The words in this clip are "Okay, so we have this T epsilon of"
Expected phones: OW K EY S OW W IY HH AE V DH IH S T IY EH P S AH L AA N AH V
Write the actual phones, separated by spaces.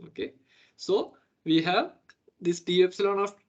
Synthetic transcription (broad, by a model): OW K EY S OW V IY HH AE V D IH S T IY EH P S AH L AA N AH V